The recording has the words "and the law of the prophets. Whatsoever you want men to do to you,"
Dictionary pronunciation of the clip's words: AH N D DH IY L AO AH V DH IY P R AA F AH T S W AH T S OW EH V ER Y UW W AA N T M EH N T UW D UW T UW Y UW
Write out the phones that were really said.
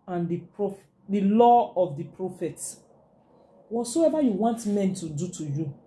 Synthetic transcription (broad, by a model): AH N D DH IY L AO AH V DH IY P R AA F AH T W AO T S OW EH V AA Y UW W AA N T M EH N T UW D UW T UW Y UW